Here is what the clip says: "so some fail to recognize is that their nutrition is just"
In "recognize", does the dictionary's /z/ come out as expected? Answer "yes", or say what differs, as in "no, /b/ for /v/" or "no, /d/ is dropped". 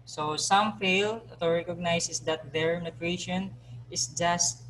no, /s/ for /z/